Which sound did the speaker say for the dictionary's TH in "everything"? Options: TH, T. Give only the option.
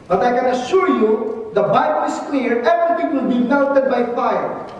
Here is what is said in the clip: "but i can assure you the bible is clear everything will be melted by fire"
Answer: T